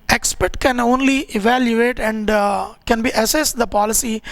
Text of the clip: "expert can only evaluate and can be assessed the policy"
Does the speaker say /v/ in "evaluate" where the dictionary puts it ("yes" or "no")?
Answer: yes